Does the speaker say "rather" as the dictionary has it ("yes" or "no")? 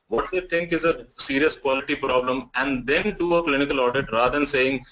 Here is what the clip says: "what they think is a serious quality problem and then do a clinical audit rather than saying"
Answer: no